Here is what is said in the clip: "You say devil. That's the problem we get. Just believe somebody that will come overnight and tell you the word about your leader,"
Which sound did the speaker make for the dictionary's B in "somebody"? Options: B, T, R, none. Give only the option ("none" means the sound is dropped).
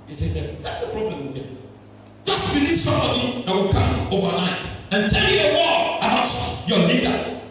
none